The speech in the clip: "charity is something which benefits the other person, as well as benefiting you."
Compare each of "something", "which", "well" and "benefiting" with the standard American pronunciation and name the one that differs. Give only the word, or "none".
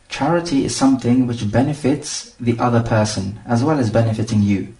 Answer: none